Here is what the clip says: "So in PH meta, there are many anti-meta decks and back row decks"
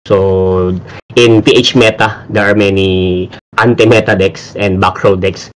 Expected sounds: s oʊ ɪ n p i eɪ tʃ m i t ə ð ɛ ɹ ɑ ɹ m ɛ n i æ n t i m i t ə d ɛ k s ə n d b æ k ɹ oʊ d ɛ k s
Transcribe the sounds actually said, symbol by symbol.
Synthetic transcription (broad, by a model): s oʊ ɪ n p i eɪ tʃ m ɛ t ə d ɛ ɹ ɑ ɹ m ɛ n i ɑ n t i m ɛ t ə d ɛ k s ə n d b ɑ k ɹ oʊ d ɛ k s